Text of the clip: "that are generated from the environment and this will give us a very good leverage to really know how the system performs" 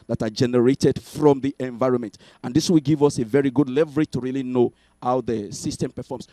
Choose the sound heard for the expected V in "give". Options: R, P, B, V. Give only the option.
V